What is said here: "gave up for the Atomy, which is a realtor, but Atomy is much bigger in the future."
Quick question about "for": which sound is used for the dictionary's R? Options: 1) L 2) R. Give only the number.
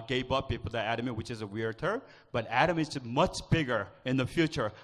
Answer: 1